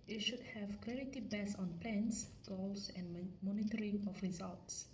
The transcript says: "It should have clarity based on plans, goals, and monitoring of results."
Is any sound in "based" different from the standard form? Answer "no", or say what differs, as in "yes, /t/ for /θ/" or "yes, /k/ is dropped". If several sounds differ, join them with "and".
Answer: yes, /t/ is dropped